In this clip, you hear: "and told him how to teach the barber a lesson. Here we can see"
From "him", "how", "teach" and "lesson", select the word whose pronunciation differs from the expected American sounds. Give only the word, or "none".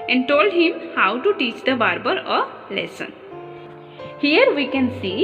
none